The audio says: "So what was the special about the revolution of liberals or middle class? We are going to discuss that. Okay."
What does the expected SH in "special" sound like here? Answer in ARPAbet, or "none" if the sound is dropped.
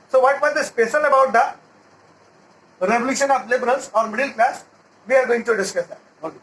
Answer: S